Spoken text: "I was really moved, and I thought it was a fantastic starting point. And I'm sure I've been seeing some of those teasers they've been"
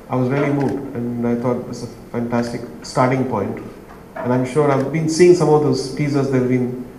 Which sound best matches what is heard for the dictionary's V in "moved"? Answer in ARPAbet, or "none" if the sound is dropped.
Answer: none